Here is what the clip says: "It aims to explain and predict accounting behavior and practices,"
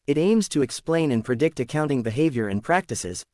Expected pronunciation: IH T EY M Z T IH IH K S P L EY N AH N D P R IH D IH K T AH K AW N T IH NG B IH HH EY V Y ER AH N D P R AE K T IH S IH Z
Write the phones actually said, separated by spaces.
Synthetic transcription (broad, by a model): IH T EY M Z T IH IH K S P L EY N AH N P R IH D IH K T AH K AW N T IH NG B IH HH EY V Y ER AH N P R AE K T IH S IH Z